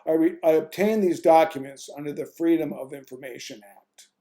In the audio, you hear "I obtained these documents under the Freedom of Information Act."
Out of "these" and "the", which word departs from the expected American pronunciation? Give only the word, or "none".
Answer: none